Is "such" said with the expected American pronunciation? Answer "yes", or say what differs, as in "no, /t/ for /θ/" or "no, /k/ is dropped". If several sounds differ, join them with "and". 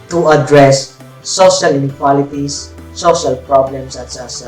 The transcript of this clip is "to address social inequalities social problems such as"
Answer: no, /s/ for /tʃ/